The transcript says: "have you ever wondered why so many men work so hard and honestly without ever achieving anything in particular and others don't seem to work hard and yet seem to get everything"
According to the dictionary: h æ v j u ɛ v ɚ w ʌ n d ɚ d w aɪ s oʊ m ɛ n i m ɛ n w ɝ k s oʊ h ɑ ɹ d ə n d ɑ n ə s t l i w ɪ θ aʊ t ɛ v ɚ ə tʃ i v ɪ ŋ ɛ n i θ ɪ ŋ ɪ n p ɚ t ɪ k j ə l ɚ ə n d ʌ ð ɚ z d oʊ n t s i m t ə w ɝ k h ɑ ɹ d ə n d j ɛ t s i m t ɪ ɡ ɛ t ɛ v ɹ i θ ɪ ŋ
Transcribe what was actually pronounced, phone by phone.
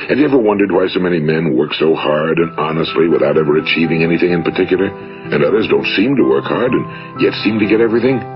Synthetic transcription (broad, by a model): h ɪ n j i ɛ v ɚ w ʌ n d ɚ d w aɪ s oʊ m ɛ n i m ɛ n w ɝ k s oʊ h ɑ ɹ d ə n ɑ n ə s t l i w ɪ θ aʊ t ɛ v ɚ ə tʃ i v ɪ ŋ ɛ n i θ ɪ ŋ ɪ n p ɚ t ɪ k j l ɚ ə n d ʌ ð ɚ z d oʊ n t s i m t ə w ɝ k h ɑ ɹ d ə n j ɛ t s i m t ɪ ɡ ɛ t ɛ v ɹ i θ ɪ ŋ